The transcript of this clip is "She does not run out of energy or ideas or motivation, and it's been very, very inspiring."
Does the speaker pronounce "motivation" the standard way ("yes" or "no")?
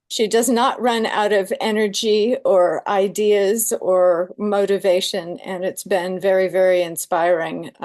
yes